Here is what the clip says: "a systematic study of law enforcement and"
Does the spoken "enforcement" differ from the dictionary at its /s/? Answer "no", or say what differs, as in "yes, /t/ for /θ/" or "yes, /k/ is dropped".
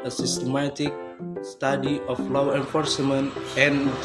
no